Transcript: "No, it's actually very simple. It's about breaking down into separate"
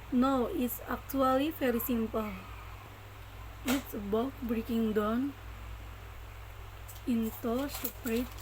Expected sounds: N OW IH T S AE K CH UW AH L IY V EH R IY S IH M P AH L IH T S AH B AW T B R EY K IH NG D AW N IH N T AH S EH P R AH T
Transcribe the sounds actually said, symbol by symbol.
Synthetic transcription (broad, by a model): N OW IH T S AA K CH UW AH L IY F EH R IY S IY M P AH L IH T S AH B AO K B R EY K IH NG D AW N IH N T AH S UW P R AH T